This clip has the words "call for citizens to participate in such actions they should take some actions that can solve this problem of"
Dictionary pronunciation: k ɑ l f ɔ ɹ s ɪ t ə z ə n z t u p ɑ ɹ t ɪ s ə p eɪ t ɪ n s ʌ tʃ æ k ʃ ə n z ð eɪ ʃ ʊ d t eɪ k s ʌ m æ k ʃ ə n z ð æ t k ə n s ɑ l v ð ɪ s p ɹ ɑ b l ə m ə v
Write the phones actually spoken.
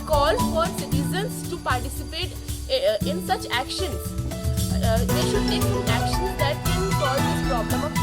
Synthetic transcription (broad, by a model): k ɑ l f ɔ ɹ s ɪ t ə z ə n s t u p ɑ ɹ t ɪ s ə p eɪ t ɪ n s ʌ tʃ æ k ʃ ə n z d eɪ ʃ ʊ d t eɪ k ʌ æ k ʃ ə n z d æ t k ə n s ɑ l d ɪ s p ɹ ɑ b l ə m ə